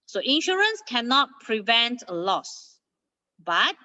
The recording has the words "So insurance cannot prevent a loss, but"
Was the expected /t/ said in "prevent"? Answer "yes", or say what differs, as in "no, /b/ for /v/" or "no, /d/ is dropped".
yes